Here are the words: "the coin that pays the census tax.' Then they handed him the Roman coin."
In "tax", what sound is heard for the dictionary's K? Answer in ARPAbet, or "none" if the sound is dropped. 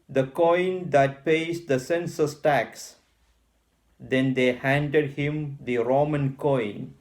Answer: K